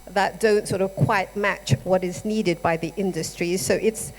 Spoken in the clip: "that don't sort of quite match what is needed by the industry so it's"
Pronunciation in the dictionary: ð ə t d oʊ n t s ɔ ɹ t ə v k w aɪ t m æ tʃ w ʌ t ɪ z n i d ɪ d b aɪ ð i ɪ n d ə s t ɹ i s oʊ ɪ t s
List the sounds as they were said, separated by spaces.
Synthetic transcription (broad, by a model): ð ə t d oʊ n t s ɔ ɹ t ə v k w aɪ t m æ tʃ w ʌ t ɪ z n i d ɪ d b aɪ ð i ɪ n d ə s t ɹ i s oʊ ɪ t s